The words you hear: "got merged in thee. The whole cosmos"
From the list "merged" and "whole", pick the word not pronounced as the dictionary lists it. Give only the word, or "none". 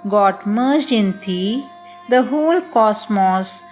merged